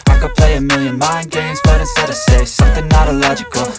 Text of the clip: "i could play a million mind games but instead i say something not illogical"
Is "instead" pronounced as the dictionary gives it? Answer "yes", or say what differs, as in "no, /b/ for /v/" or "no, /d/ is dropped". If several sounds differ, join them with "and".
no, /n/ is dropped